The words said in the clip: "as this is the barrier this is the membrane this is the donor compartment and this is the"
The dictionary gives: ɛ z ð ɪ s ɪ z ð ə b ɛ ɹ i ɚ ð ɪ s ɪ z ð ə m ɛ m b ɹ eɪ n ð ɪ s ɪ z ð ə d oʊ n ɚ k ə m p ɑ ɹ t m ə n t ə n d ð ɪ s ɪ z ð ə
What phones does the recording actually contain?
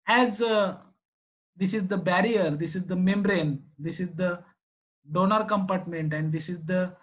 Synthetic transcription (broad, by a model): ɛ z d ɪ s ɪ z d ə b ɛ ɹ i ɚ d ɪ s ɪ z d ə m ɛ m b ɹ eɪ n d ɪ s ɪ z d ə d oʊ n ɚ k ə m p ɑ ɹ t m ə n t ə n d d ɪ s ɪ z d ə